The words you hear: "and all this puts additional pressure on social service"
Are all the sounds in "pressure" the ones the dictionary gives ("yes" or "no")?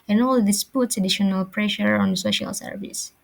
yes